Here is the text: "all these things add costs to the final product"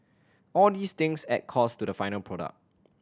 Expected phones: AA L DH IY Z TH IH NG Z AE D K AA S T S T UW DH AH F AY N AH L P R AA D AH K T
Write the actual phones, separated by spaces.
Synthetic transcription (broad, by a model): AA L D IY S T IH NG S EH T K AA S S T UW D AH F AY N AH L P R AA D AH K